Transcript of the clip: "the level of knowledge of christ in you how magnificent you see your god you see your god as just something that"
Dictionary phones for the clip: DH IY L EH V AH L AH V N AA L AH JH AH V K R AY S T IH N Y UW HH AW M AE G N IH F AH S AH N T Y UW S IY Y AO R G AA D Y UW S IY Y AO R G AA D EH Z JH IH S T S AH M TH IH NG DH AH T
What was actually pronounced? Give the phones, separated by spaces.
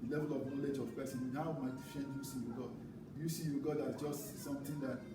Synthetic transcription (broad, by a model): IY L EH V AH L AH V N AA L AH JH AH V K R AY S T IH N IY HH AW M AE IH F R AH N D Y UW S IY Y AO G AA D Y UW S IY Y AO G AA D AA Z JH IH S T S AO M T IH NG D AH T